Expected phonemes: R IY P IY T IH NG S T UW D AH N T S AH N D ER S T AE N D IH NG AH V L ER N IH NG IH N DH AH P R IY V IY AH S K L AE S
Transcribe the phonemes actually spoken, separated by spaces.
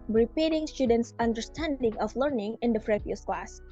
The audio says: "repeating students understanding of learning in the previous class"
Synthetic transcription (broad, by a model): R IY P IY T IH NG S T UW D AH N T S AH N D ER S T AE N D IH NG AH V L ER N IH NG IH N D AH F R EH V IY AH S K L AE S